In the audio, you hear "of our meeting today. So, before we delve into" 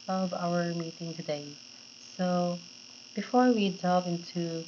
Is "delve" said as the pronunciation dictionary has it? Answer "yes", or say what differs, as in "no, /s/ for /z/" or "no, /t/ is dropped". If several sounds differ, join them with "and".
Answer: no, /l/ is dropped